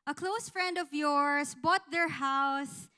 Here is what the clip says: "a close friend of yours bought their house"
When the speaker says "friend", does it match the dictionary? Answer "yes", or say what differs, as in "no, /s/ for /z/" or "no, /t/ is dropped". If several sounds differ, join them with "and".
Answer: yes